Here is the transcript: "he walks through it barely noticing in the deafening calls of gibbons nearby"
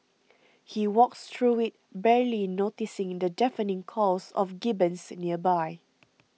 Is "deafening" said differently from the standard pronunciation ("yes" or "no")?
no